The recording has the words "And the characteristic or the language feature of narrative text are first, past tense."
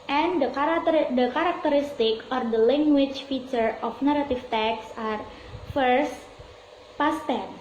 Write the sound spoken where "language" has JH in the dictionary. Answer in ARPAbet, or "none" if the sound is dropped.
CH